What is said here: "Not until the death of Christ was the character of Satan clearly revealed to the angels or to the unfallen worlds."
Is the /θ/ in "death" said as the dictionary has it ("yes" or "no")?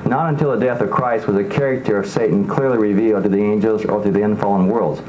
yes